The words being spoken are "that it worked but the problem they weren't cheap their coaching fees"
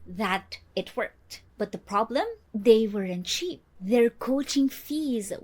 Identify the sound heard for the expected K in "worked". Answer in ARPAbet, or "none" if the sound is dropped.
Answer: K